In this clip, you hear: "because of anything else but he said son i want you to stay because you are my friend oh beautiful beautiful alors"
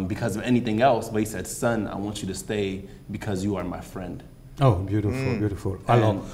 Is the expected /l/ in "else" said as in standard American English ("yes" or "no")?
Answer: yes